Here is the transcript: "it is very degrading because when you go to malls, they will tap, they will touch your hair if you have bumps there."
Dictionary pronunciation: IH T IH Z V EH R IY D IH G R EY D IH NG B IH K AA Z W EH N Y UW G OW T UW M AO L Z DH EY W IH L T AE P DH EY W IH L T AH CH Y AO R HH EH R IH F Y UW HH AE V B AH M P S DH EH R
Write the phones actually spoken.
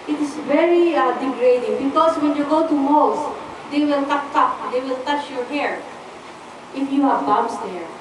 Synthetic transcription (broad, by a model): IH T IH S V EH R IY D IH G R EY D IH NG B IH K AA S W EH N Y UW G OW T UW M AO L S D EY W IH L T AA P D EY W IH L T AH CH Y AO R HH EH R IH F Y UW HH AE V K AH M S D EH R